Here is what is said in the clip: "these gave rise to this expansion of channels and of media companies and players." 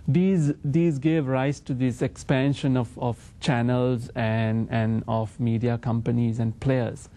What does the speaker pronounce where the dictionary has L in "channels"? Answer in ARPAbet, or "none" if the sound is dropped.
L